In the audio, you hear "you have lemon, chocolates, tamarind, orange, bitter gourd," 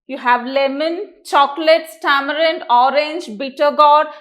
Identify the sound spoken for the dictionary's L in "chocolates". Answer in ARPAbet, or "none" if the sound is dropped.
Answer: L